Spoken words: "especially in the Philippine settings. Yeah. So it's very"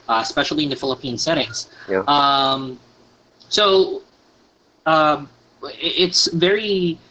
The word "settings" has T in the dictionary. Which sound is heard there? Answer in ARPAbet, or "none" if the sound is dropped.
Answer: T